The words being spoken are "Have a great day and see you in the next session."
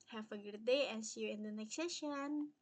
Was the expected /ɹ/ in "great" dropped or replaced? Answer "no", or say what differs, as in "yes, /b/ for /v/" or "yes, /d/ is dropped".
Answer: yes, /ɹ/ is dropped